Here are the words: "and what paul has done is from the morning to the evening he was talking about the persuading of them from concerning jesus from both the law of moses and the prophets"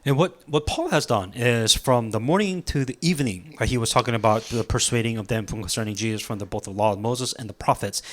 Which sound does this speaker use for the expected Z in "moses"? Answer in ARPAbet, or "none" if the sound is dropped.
Z